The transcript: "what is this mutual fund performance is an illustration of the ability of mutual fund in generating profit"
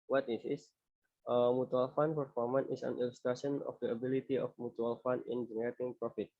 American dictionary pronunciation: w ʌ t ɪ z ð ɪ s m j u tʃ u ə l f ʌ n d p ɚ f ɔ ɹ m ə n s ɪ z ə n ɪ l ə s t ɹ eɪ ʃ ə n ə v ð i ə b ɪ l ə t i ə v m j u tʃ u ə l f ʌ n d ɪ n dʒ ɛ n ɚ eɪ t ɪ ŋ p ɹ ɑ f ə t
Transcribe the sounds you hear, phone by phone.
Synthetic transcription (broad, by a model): w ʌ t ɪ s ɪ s m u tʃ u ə l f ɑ n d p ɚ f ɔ ɹ m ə n ɪ s ə n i l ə s t ɹ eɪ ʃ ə n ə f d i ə b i l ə t i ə f m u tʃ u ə l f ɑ n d ɪ n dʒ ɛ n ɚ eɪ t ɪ ŋ p ɹ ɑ f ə t